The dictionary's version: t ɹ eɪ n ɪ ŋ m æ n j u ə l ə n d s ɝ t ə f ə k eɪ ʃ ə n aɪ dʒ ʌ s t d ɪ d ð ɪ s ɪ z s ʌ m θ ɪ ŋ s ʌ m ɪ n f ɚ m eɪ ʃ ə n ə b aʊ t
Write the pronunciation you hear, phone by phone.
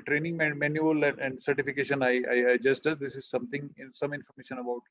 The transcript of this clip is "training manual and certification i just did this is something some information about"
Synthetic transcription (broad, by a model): t ɹ eɪ n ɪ ŋ m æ n j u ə l ə n d s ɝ t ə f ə k eɪ ʃ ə n aɪ dʒ ʌ s t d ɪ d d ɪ s ɪ z s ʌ m t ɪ ŋ s ʌ m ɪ n f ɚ m eɪ ʃ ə n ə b aʊ t